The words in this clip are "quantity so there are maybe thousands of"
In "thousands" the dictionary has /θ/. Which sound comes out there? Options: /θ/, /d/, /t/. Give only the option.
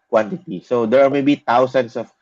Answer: /t/